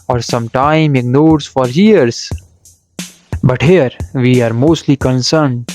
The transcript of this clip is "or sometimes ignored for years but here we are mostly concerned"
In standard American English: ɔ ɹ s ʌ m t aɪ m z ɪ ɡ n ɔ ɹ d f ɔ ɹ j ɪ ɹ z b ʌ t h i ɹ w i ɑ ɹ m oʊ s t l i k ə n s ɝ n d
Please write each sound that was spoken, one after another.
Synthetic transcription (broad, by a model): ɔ ɹ s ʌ m t aɪ m ɪ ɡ n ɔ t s f ɔ ɹ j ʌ ɹ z b ʌ t h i ɹ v i ɑ ɹ m oʊ s t l i k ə n s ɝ n d